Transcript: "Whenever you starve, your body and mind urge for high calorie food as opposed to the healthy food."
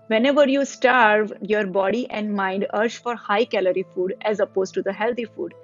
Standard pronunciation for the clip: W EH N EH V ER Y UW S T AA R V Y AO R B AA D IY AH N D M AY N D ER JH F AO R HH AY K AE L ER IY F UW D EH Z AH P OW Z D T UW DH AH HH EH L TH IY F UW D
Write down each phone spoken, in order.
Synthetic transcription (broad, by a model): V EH N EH V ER Y UW S T AA R V Y AO R B AA D IY AH N D M AY N D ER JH F AO R HH AY K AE L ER IY F UW D EH Z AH P OW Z T UW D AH HH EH L T IY F UW D